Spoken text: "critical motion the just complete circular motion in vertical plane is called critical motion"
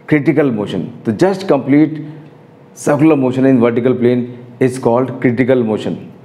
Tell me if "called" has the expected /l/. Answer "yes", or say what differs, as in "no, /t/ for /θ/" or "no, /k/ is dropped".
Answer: yes